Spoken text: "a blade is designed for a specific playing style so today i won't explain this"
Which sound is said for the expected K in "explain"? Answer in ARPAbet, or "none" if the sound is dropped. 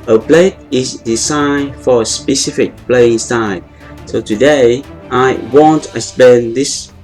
none